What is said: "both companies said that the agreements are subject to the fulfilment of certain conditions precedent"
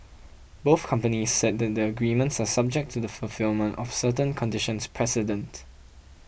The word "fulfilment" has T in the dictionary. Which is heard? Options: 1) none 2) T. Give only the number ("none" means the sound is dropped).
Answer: 2